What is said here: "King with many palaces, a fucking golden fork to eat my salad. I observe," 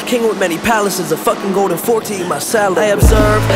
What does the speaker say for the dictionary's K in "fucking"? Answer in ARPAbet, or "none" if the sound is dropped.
K